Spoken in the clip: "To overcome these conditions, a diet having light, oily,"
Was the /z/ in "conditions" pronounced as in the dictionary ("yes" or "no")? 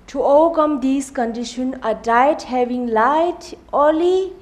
no